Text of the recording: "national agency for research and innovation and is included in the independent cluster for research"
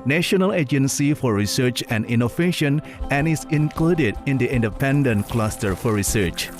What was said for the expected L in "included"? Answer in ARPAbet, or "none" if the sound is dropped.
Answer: L